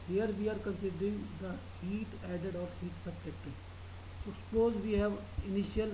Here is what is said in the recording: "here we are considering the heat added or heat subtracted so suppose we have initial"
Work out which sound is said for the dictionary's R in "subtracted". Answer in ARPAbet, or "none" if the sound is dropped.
none